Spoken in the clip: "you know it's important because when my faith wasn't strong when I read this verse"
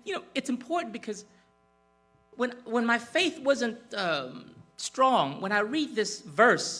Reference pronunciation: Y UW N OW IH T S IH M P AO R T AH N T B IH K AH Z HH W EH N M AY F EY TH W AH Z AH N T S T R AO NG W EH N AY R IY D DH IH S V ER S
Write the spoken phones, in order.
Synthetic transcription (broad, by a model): Y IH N OW IH T S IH M P AO R T N B IH K AH Z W W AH N M AY F EY TH W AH Z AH N T S T R AO NG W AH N AY R IY D DH IH S V ER S